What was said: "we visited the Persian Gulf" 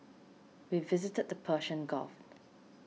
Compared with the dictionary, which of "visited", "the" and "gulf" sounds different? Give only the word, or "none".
gulf